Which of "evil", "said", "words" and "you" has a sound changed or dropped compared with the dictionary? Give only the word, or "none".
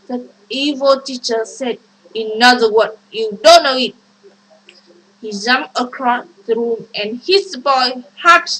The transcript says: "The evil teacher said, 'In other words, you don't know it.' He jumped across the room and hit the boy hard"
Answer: words